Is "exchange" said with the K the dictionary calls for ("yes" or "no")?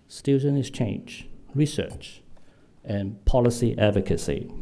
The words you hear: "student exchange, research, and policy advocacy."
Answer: no